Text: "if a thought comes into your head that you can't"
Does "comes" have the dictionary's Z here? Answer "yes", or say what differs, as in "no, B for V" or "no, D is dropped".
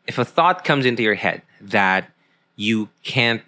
yes